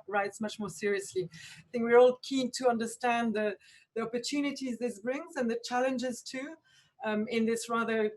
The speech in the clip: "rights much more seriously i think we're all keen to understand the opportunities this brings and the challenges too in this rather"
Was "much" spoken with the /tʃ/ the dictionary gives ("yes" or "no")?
yes